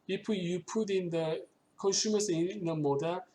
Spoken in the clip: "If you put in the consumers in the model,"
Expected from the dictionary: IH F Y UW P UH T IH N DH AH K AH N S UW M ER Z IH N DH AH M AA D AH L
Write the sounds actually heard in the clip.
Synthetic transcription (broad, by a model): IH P Y UW P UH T IH N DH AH K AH N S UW M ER S IH N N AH M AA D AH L